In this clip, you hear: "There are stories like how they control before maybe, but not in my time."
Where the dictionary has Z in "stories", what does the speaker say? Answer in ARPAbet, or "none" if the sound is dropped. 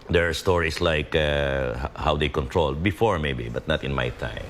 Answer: S